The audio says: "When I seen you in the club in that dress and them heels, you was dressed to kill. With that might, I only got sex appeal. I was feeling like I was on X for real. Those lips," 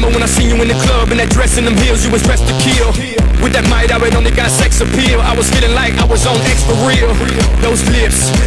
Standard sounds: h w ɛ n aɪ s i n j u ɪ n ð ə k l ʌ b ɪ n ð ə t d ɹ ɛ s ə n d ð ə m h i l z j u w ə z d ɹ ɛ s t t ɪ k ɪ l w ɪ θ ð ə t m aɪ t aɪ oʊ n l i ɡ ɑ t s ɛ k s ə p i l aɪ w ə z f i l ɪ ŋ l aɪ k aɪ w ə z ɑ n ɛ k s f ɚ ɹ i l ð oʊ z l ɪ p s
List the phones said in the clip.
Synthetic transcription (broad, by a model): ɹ w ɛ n aɪ s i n j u ɪ n ð ə k l ʌ b ɪ n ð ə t d ɹ ɛ s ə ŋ ð ə m h i l z j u w ə z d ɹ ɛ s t t ɪ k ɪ l w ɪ ð ə t m aɪ t aɪ oʊ n l i ɡ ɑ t s ɛ k s ə p i l aɪ w ə z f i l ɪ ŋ l aɪ k aɪ w ə z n ɛ k s p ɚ ɹ i l ð oʊ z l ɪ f s